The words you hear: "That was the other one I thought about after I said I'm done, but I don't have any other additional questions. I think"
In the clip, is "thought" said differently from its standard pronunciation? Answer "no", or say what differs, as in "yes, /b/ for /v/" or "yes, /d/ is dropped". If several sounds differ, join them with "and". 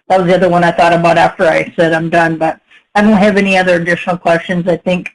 no